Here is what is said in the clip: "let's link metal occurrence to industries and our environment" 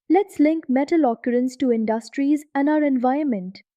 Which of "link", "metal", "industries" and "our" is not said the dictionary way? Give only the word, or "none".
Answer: none